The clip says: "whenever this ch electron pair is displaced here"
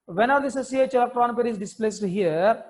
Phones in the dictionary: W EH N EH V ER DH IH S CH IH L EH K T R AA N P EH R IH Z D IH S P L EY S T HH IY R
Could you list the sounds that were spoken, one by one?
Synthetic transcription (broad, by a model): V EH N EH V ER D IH S S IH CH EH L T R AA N P EH R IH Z D IH S P L EY S T HH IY R